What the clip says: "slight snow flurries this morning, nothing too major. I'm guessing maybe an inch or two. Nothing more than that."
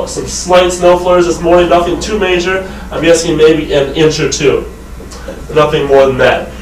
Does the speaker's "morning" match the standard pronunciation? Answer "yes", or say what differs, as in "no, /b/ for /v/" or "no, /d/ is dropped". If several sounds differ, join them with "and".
no, /n/ is dropped